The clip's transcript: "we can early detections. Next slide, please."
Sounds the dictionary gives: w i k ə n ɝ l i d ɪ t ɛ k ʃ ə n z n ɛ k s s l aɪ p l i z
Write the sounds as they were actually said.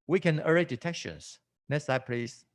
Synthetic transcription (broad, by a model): w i k ə n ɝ i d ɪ t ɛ k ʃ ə n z n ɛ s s aɪ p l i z